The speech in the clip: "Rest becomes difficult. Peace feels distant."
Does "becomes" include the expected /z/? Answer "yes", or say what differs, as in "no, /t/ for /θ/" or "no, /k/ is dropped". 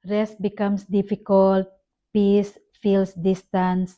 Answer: no, /s/ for /z/